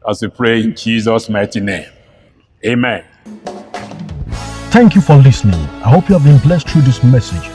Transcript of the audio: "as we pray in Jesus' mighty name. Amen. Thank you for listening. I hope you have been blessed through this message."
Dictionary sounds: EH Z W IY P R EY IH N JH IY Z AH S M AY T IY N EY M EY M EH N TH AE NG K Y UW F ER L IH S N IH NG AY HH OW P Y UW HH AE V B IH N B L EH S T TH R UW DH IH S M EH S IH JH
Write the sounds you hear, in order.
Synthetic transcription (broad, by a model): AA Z W IY P R EY IH N JH IY Z AH S M AY T IY N EY M EY M EH N TH AE NG K Y UW F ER L IH S N IH NG AY HH OW P Y UW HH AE V B IH N B L EH S T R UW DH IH S M EH S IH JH